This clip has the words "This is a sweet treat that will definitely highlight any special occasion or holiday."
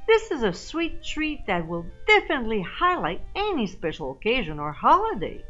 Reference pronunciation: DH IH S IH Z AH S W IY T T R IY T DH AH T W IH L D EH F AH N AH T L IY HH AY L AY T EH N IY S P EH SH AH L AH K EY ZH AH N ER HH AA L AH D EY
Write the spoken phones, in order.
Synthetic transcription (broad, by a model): DH IH S IH Z AH S W IY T T R IY T DH AH T W IH L D EH F AH N AH T L IY HH AY L AY T EH N IY S P EH SH L AH K EY ZH AH N ER HH AA L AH D EY